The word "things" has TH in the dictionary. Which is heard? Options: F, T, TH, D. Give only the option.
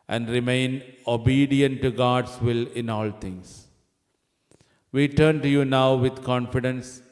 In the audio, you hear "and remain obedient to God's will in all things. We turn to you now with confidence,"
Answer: T